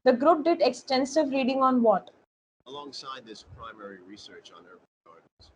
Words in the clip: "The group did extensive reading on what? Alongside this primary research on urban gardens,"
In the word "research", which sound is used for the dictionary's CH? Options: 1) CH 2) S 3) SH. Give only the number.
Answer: 1